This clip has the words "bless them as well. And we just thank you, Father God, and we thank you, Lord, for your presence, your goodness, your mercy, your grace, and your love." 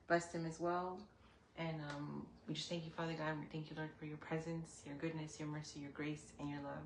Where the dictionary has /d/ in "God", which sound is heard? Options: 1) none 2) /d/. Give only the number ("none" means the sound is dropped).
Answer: 1